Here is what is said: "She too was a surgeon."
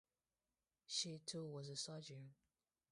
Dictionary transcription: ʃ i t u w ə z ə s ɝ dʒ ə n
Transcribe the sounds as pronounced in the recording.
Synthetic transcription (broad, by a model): ʃ i t u w ə z ə s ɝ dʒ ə